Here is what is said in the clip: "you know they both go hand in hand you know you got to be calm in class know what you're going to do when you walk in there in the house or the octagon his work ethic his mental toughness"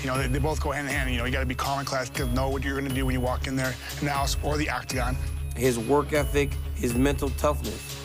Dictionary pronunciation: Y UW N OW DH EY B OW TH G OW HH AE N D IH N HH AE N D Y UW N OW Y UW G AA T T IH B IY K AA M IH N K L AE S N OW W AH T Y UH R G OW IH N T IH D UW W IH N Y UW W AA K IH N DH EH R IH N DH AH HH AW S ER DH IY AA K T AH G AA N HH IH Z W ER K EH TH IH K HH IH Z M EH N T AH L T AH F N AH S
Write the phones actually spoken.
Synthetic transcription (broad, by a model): Y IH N OW DH EY B OW TH G OW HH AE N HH IH N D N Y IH N OW Y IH G AA T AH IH B IY K AA M IH N K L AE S N OW W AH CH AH R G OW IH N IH D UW W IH N Y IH W AA K IH N DH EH R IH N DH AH HH AW S ER DH IY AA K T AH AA N HH IH Z W ER K EH TH IH K HH IH Z M EH N T L T AH F N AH S